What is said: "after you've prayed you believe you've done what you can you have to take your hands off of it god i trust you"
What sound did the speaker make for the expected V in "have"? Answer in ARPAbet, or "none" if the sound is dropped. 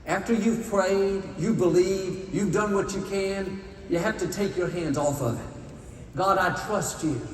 F